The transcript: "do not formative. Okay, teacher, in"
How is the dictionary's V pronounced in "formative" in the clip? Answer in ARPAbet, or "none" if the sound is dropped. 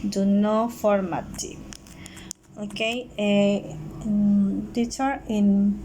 none